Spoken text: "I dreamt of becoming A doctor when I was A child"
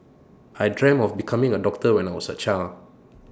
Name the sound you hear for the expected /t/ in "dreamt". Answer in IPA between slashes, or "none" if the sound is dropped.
none